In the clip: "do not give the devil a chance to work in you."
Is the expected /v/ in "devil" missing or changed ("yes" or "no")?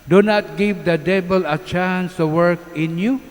yes